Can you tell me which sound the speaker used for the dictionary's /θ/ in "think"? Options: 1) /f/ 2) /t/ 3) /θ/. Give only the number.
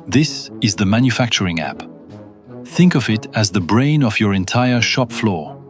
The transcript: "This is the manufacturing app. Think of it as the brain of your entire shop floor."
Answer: 3